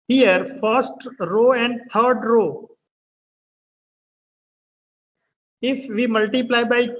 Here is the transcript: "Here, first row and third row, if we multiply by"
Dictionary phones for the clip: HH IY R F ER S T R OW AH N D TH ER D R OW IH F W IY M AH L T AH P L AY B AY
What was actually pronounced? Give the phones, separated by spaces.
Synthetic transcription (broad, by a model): HH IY R F ER S T R OW AH N D T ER D R OW IH F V IY M AH L T AH P L AY B AY